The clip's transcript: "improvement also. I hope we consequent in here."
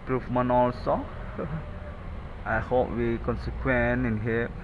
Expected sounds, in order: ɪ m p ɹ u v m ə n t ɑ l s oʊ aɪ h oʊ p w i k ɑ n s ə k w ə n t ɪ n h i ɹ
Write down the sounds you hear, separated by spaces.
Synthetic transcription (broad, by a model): p ɹ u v m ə n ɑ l s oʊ aɪ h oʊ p w i k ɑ n s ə k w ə n ɪ n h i